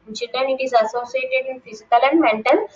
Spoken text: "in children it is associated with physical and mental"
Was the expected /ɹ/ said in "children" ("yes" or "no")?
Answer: no